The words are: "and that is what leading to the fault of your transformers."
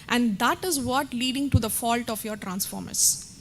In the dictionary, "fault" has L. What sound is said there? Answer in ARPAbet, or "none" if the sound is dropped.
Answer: L